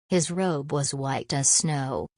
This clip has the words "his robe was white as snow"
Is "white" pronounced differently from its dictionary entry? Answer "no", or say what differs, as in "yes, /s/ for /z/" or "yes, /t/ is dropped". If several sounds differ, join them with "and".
no